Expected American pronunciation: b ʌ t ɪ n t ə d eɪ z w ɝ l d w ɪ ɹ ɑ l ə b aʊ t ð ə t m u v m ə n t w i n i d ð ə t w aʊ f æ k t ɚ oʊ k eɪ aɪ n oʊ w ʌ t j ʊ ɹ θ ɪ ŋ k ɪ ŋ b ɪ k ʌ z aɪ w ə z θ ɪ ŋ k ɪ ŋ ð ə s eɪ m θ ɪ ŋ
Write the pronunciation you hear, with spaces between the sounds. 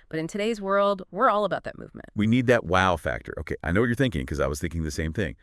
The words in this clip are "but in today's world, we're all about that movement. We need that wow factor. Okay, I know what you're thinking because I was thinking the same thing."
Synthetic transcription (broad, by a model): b ʌ t ɪ n t ə d eɪ z w ɝ l d w ɪ ɹ ɑ l ə b aʊ t ð ə t m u v m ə n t w i n i d ð ə t w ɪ f æ k t ɚ oʊ k eɪ aɪ n oʊ w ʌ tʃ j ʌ ɹ θ ɪ ŋ k ɪ ŋ k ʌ z aɪ w ə z θ ɪ ŋ k ɪ ŋ ð ə s eɪ m θ ɪ ŋ